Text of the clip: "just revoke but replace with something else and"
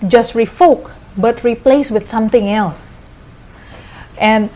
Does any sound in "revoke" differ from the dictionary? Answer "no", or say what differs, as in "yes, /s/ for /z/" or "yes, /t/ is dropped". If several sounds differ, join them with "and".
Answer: yes, /f/ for /v/